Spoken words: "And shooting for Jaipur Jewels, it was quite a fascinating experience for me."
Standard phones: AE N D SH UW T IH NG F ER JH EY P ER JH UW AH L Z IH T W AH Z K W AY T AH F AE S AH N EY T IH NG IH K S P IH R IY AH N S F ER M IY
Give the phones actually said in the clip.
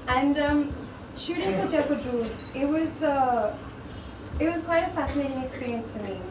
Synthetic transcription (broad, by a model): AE N D SH UW T IH NG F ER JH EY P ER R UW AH W Z IH T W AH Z K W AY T AH F AE S AH N EY T IH NG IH K S P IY R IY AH N S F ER M IY